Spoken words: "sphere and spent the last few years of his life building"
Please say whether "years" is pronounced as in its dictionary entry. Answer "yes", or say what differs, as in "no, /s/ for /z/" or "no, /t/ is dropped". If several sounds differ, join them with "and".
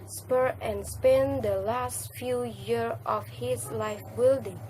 no, /z/ is dropped